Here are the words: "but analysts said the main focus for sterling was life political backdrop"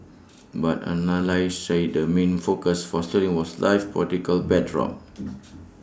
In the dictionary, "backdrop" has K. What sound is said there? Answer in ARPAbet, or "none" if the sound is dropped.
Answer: none